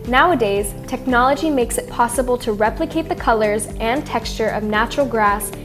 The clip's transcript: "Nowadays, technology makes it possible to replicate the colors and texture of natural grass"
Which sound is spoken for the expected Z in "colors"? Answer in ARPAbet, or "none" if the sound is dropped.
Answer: Z